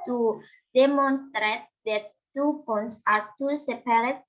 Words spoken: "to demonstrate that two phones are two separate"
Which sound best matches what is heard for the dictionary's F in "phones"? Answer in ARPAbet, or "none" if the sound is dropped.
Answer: P